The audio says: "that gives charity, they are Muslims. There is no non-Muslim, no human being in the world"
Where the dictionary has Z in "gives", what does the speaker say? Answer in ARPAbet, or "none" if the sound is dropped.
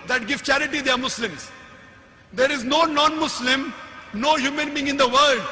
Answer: none